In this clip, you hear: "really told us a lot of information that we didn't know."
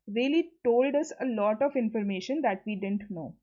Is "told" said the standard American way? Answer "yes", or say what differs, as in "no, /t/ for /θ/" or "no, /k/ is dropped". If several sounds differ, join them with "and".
yes